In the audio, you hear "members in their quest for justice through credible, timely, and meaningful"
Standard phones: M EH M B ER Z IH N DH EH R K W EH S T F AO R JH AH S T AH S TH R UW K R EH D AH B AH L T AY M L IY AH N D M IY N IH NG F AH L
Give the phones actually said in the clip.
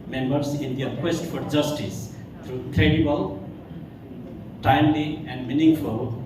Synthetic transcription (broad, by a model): M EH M B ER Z IH N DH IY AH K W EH S T F AO R JH AH S T AH S T R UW K R EH D AH B AH L T AY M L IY AH N D M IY N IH NG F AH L